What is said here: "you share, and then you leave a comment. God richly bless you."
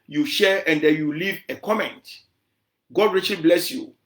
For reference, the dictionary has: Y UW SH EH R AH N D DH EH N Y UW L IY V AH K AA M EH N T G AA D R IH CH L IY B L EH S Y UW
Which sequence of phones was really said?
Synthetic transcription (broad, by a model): Y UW SH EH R AH N D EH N Y UW L IY V AH K AA M EH N T G AA D R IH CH L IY B L EH S Y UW